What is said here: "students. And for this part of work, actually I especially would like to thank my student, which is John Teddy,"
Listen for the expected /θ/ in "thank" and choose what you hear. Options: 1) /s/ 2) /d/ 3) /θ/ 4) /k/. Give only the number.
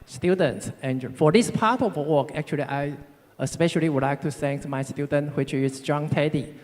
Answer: 1